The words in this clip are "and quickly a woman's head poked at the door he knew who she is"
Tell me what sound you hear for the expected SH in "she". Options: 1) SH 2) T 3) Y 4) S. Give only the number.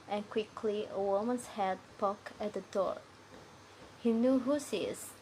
4